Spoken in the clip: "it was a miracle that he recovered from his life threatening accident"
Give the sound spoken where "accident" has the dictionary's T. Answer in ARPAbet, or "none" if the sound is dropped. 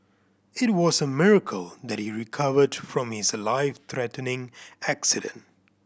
T